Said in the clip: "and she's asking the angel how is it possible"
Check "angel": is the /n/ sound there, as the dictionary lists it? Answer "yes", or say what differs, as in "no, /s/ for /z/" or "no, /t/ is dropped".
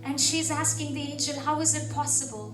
no, /n/ is dropped